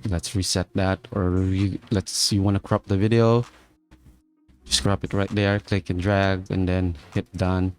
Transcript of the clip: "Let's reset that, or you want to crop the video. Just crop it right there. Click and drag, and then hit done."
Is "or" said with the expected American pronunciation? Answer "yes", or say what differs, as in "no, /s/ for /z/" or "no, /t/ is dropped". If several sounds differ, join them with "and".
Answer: no, /l/ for /ɹ/